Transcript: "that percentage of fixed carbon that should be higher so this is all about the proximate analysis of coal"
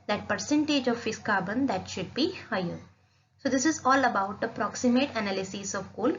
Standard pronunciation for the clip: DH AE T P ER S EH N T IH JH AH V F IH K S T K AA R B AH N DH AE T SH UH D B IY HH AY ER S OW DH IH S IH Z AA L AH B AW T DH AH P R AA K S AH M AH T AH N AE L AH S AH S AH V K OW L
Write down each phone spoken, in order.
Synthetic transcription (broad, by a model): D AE T P ER S EH N T IH JH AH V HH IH S K AA R B AH N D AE T SH UH D B IY HH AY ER S OW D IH S IH Z AA L AH B AW T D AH P R AA K S AH M AH T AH N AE L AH S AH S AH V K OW L